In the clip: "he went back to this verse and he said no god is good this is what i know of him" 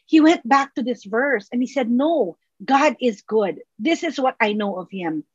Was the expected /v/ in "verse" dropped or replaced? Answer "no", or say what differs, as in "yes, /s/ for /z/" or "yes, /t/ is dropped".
no